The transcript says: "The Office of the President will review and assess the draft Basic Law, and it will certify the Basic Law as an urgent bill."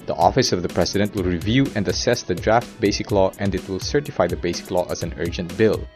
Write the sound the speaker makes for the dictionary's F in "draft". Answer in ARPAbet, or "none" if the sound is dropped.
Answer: F